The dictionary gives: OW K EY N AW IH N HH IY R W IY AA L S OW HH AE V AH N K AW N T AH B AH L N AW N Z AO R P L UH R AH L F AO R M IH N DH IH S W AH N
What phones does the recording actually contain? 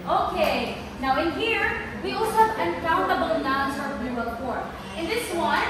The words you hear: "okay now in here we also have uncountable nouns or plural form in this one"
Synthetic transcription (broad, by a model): OW K EY N AW IH N HH IY R W IY AA L S OW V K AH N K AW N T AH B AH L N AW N S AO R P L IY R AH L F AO R IH N DH IH S W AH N